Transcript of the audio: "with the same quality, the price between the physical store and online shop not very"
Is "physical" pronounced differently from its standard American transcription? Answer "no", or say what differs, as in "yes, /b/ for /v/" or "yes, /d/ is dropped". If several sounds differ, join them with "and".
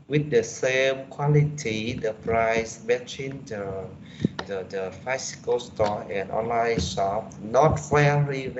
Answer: yes, /s/ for /z/